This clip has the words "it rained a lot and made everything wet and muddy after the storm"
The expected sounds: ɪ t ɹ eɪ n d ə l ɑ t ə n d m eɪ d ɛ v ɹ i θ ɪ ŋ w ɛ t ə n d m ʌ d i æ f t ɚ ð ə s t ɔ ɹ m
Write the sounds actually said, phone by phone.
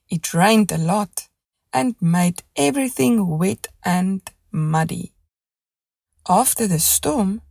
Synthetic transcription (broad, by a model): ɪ t ɹ eɪ n d ə l ɑ t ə n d m eɪ d ɛ v ɹ i θ ɪ ŋ w ɛ t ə n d m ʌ d i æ f t ɚ ð ə s t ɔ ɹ m